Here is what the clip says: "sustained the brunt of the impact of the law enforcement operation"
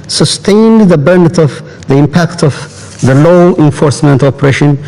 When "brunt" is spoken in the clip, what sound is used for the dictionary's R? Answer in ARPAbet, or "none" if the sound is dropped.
none